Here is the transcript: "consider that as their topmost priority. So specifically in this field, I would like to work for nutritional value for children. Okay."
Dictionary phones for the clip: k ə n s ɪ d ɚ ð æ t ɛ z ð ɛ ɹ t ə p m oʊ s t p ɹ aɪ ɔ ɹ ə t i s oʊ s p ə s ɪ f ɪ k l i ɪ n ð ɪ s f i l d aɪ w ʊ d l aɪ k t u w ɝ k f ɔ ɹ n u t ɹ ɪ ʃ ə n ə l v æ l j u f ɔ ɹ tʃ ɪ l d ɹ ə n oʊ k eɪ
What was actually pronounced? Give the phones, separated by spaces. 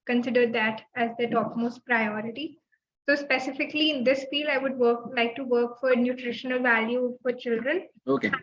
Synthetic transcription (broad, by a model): k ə n s ɪ d ɚ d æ t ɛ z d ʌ t ə p m oʊ s t p ɹ aɪ ɔ ɹ ə t i s oʊ s p ə s ɪ f ɪ k l i ɪ n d ɪ s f i l aɪ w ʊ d l aɪ k t u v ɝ k f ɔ ɹ n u t ɹ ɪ ʃ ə n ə l v æ l j u f ɔ ɹ tʃ ɪ l d ɹ ə n oʊ k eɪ